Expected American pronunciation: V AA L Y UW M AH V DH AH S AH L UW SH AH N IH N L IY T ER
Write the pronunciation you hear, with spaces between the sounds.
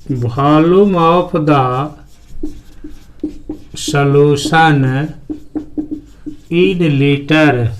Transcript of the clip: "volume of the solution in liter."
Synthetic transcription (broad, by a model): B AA L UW M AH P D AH S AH L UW S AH N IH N L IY T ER